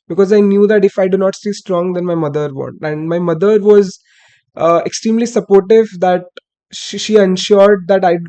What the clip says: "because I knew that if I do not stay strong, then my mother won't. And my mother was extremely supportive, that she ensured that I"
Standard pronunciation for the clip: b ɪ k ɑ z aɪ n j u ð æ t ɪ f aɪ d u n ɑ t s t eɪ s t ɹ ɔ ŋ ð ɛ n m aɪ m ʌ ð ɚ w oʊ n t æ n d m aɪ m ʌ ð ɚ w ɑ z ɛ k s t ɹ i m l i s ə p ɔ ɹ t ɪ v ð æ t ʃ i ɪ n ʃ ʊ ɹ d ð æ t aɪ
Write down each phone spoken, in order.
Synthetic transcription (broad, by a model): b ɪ k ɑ z aɪ n j u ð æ t ɪ f aɪ d u n ɑ t s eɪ s t ɹ ɔ ŋ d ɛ n m aɪ m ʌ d ɚ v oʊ n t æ n d m aɪ m ʌ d ɚ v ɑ z ɛ k s t ɹ i m l i s ə p ɔ ɹ t ɪ v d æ t ʃ i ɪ n ʃ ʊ ɹ d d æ t aɪ